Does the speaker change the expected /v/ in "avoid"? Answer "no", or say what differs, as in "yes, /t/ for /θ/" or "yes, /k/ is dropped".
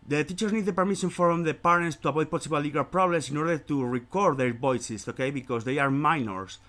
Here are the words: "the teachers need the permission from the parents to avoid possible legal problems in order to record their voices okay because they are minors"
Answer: yes, /b/ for /v/